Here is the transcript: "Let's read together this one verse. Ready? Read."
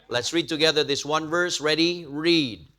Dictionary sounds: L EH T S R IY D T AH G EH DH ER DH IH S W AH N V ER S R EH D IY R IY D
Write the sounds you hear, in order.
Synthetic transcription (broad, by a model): L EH T S R IY D T AH G EH DH ER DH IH S W AH N V ER S R EH D IY R IY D